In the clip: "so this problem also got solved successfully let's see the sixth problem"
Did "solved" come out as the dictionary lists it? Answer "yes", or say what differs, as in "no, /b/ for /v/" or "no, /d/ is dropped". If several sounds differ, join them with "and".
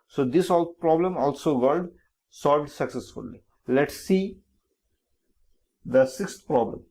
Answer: yes